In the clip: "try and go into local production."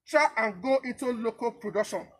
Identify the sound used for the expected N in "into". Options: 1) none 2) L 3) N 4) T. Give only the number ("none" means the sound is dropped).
1